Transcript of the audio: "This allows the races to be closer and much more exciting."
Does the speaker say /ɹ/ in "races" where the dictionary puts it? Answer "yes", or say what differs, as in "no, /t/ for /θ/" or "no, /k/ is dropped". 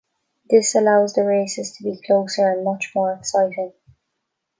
yes